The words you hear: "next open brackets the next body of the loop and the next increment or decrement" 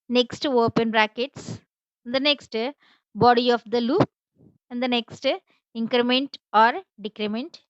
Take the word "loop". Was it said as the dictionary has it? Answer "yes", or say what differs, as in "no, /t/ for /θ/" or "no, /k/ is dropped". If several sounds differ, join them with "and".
yes